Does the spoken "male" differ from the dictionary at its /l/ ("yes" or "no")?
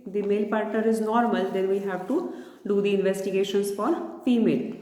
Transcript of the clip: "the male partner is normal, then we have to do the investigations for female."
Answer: no